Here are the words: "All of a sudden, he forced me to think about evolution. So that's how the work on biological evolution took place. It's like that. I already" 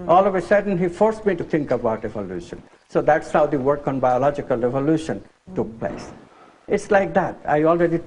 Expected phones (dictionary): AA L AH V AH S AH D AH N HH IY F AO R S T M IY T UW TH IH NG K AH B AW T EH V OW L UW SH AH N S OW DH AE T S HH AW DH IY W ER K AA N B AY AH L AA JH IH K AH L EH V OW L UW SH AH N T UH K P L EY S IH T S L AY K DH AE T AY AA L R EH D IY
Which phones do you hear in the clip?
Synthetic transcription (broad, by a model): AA L AH V AH S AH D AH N HH IY F AO R S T M IY T UW T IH NG K AH B AW T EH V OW L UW SH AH N S OW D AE T S HH AW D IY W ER K AA N B AY AH L AA JH IH K AH L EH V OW L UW SH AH N T UH K P L EY S IH T S L AY K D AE T AY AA L R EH D IY